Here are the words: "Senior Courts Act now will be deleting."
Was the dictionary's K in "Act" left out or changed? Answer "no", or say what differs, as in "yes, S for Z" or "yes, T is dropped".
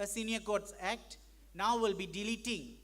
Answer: no